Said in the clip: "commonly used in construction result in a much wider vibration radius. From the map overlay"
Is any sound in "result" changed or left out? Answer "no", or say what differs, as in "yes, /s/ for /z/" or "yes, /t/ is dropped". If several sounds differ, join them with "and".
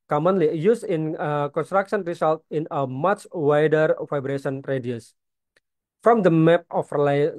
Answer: yes, /s/ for /z/